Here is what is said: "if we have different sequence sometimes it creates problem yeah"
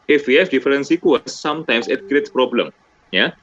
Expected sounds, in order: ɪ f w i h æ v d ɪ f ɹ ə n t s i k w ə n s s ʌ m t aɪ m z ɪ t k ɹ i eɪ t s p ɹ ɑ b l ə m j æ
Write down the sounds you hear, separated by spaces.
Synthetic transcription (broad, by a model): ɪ f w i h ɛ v d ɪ f ɹ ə n s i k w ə s s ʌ m t aɪ m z ɪ t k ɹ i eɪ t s p ɹ ɑ b l ə m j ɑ